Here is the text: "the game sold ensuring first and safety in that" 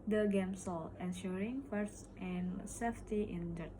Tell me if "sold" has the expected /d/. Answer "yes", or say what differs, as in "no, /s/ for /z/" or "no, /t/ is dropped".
no, /d/ is dropped